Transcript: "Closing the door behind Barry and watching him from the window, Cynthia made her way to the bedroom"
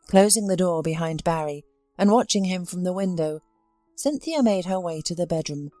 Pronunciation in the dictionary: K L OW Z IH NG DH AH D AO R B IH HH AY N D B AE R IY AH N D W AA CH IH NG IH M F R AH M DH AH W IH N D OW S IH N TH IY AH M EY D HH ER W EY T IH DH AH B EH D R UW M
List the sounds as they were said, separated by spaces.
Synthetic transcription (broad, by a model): K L OW Z IH NG DH AH D AO R B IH HH AY N B AE R IY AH N W AA CH IH NG IH M F R AH M DH AH W IH N D OW S IH N TH IY AH M EY D ER W EY T IH DH AH B EH D R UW M